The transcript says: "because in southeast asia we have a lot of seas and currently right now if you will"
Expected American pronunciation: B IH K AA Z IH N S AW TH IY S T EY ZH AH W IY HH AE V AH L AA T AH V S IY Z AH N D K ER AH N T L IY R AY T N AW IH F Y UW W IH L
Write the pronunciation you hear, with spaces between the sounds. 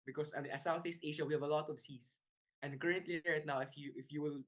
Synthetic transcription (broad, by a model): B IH K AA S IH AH S AW TH IY S T EY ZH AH W IY HH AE V AH L AA T AH V S IY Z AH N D K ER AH N T L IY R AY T N AW IH F Y UW W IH L